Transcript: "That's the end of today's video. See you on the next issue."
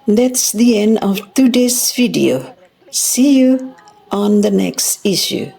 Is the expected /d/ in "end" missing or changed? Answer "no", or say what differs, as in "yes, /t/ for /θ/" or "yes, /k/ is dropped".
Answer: no